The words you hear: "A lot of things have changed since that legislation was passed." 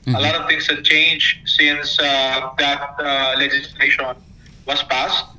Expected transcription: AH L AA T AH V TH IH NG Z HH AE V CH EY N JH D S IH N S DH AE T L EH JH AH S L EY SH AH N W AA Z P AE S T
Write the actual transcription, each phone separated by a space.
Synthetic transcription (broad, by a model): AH L AA T AH V T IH NG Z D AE CH EY N JH S IH N S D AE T L EH JH AH S L EY SH AH N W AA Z P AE S T